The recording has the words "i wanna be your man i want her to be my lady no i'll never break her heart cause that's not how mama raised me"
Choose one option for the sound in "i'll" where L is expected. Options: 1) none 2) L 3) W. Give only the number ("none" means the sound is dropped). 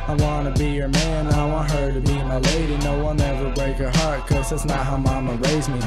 3